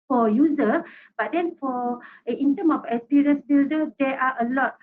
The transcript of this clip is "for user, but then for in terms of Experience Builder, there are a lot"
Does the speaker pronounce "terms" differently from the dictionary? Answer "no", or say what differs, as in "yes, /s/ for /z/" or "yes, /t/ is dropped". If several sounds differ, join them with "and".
yes, /z/ is dropped